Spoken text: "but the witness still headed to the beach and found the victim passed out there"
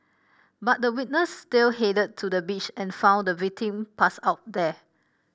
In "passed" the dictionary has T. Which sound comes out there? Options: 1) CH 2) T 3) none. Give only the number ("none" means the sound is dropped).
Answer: 3